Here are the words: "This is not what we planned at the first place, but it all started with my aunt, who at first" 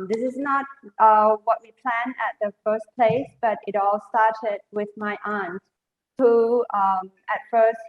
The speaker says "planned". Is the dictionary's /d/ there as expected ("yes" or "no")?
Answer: no